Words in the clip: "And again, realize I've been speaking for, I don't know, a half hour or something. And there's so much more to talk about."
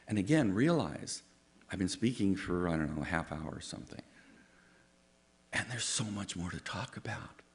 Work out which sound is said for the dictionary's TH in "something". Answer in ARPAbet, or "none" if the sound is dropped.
TH